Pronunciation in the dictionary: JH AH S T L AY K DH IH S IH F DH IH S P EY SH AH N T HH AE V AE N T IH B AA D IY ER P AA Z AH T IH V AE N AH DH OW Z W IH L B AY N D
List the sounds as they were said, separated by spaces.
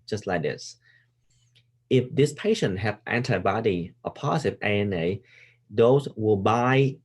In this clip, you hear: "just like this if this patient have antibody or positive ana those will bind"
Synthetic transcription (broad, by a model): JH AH S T L AY K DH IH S IH F DH IH S P EY SH AH N T HH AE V AE N T IH B AA D IY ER P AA S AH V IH EH N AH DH OW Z W IH L B AY